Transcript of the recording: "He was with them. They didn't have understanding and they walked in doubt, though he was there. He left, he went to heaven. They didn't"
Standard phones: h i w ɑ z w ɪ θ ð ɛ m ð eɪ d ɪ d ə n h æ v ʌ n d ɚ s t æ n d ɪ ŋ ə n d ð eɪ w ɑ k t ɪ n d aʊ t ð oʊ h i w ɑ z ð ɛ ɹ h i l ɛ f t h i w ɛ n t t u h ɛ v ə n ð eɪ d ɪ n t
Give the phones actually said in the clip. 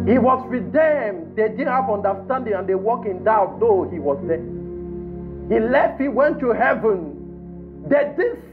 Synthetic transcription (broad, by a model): h i w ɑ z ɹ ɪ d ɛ m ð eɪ d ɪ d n h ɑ v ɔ n d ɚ s t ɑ n d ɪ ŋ ə n d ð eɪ w ɑ k ɪ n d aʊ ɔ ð oʊ h i w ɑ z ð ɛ h i l ɛ f t h i w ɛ n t t u h ɛ v ə n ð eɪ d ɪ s